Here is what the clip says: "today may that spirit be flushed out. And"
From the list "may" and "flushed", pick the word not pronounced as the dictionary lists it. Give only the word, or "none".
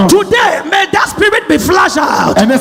flushed